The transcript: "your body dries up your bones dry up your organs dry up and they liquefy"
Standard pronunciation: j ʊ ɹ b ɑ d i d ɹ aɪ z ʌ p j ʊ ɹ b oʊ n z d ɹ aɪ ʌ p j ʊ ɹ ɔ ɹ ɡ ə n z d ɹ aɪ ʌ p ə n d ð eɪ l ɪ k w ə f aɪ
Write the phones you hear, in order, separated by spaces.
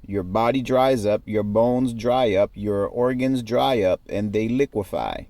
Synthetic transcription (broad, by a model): j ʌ ɹ b ɑ d i d ɹ aɪ z ʌ p j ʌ ɹ b oʊ n z d ɹ aɪ ʌ p j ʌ ɹ ɔ ɹ ɡ ə n z d ɹ aɪ ʌ p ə n ð eɪ l ɪ k w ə f aɪ